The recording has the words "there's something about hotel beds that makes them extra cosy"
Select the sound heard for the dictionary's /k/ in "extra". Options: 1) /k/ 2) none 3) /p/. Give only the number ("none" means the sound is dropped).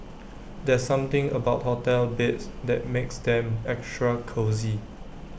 1